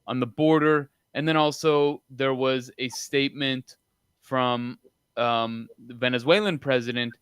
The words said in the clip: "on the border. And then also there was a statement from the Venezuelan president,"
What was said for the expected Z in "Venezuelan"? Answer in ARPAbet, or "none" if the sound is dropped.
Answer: Z